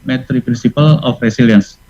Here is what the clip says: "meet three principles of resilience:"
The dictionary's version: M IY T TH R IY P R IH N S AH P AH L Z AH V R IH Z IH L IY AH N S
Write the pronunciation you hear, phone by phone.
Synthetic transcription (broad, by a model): M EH T R IY P R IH N S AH P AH L AH F R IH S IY L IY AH N S